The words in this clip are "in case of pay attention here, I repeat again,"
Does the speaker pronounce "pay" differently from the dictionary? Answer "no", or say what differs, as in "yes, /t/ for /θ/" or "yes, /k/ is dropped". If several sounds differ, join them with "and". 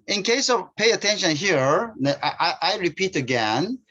no